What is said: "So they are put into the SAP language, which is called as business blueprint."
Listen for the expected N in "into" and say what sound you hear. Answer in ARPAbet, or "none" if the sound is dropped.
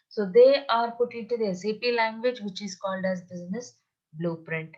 none